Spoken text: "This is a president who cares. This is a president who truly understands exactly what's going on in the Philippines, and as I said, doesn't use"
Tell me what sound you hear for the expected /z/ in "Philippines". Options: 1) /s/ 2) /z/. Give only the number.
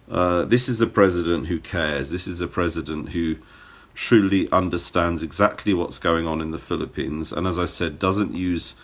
2